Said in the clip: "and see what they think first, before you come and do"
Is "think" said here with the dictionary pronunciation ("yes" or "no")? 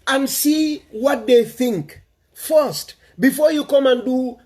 yes